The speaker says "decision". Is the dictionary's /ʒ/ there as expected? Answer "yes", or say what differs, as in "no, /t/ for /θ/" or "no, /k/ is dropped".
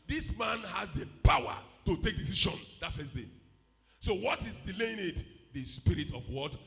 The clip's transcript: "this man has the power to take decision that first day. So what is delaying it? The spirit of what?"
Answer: no, /ʃ/ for /ʒ/